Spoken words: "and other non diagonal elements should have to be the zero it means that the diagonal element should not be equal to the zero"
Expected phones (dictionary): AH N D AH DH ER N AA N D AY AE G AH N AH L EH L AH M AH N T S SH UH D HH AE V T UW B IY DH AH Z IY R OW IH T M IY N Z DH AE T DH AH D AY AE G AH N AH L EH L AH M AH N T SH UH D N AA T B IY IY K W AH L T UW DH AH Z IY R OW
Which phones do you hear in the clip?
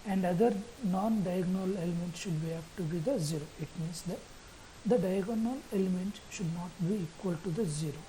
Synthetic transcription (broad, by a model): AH N D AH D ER N AA N D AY G N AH L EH L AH M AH N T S SH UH D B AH P T UW B IY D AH Z IY R OW IH T M IY N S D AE T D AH D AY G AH N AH L EH L AH M AH N T SH UH D N AA T B IY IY K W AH L T UW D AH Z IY R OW